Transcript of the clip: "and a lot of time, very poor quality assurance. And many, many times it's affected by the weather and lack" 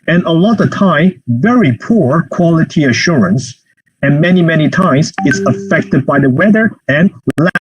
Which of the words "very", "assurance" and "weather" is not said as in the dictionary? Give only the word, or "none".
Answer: none